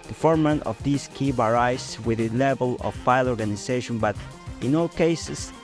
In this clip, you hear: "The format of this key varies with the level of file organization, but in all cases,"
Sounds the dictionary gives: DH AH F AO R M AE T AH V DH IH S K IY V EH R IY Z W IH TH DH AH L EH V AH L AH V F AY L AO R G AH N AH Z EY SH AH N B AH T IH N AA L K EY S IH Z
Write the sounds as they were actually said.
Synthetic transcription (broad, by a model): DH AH F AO R M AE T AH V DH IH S K IY B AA R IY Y W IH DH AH L EH V AH L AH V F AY L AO R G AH N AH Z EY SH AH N B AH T IH N AA L K EY S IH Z